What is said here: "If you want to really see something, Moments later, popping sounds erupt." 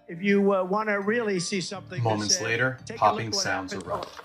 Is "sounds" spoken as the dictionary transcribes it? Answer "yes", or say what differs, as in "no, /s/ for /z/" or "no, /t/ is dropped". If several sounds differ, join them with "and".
yes